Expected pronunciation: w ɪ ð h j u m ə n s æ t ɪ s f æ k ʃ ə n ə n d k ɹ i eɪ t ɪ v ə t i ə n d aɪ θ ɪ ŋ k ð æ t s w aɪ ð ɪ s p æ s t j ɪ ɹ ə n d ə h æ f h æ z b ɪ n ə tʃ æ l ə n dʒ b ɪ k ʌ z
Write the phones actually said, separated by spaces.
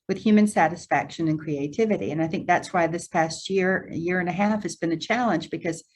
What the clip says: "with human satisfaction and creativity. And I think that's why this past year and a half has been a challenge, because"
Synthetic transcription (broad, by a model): w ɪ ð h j u m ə n s æ t ɪ s f æ k ʃ ə n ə n k ɹ i eɪ t ɪ v ə t i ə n aɪ θ ɪ ŋ k ð æ t s w aɪ ð ɪ s p æ s t j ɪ ɹ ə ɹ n ə h æ f h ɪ z b ɪ n ə tʃ æ l ə n dʒ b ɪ k ʌ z